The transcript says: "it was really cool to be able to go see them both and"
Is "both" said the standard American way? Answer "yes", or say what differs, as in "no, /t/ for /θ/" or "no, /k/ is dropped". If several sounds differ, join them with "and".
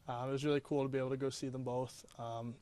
yes